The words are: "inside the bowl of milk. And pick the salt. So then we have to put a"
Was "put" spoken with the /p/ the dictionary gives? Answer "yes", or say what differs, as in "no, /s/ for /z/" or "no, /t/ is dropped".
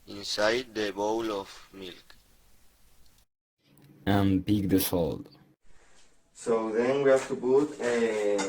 no, /b/ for /p/